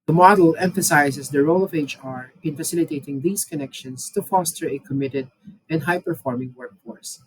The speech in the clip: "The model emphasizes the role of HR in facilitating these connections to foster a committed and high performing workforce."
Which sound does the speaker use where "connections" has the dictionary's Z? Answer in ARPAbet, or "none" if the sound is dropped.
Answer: S